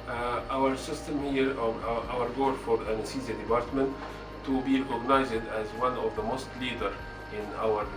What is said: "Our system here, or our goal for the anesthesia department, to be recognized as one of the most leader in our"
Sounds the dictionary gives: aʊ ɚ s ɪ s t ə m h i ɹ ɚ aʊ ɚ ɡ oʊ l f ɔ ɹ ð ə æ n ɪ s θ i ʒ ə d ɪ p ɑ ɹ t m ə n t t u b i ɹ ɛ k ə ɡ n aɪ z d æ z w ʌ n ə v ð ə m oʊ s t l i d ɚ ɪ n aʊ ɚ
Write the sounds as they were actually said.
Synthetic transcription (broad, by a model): aʊ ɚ s ɪ s t ə m h i ɹ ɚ aʊ ɚ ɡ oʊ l f ɔ ɹ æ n s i z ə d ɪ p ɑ ɹ t m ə n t t u b i ɹ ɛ k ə ɡ n aɪ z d æ z w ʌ n ə v ð ə m oʊ s t l i d ɚ ɪ n aʊ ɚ